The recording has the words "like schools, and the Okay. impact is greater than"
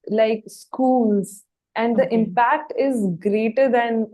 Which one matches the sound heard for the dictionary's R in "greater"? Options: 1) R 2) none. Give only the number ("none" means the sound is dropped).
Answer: 1